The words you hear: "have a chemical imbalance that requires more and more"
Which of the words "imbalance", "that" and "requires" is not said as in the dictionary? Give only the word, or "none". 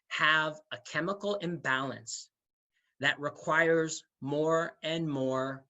none